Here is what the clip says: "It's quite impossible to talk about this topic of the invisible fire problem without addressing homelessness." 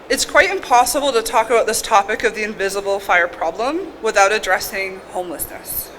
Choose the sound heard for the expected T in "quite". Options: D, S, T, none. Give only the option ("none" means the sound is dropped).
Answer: T